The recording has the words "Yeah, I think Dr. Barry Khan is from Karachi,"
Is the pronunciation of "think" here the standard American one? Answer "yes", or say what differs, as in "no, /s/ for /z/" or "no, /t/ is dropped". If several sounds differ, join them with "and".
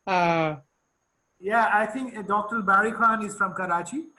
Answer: no, /t/ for /θ/